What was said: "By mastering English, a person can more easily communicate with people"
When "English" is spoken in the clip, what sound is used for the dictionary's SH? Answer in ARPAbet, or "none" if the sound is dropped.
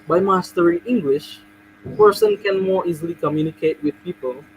SH